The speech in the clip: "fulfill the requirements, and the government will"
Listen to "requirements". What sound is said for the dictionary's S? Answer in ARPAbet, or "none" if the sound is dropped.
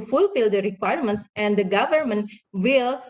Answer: S